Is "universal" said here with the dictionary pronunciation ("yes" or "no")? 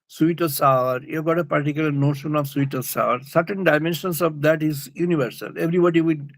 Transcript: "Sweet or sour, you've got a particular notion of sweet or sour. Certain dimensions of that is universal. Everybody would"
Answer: yes